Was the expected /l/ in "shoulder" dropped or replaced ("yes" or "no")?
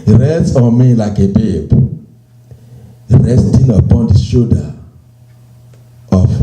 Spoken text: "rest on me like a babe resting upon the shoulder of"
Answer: yes